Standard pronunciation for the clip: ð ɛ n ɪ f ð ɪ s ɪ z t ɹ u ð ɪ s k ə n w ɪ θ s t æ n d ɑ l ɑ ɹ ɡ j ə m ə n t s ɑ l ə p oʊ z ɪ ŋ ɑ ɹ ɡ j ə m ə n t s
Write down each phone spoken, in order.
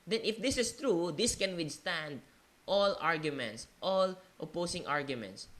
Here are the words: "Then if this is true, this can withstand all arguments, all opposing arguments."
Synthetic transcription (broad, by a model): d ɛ n ɪ f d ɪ s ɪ s t ɹ u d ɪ s k ə n w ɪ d s t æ n d ɑ l ɑ ɹ ɡ j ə m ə n t s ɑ l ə p oʊ s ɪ ŋ ɑ ɹ ɡ j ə m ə n t s